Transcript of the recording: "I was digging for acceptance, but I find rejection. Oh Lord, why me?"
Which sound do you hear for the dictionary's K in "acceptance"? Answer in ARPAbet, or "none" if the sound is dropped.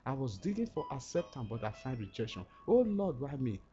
none